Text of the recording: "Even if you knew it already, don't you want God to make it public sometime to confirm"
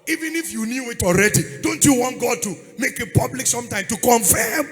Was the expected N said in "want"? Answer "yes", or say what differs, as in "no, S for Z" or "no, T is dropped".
yes